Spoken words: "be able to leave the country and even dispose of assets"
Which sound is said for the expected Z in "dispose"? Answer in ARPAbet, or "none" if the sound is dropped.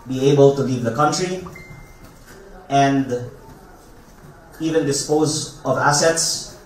Z